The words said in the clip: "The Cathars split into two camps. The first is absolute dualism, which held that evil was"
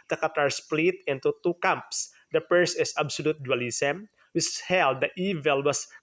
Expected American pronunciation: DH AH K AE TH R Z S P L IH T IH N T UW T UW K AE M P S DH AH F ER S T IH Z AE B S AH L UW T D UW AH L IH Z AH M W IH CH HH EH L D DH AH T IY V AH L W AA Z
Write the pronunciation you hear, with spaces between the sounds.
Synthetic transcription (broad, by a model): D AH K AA T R S P L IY T IH N T UW T UW K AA M P S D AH P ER S IH S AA B S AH L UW T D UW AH L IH S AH M W IH CH HH EH L D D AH T IY V AH L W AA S